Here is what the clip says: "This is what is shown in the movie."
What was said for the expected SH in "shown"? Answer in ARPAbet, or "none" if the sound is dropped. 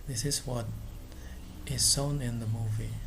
S